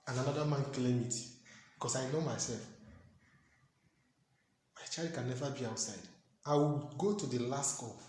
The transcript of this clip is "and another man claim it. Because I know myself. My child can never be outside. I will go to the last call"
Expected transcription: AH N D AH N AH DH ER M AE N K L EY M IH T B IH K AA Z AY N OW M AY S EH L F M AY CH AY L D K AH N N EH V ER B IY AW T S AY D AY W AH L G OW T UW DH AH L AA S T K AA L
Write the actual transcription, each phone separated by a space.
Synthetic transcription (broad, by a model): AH N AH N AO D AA M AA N K L EY M IH T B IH K AA S AY N OW M AY S EH L F M AY CH AY L D K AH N N EH V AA B IY AW T S AY D AY W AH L G OW T UW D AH L AA S T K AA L